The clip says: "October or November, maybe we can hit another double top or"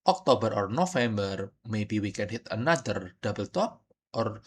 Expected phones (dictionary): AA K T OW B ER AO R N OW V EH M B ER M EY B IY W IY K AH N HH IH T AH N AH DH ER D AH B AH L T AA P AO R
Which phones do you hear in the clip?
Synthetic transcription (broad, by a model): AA K T OW B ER AO R N OW F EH M B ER M EY B IY W IY K AH N HH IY T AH N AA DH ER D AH B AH L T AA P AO R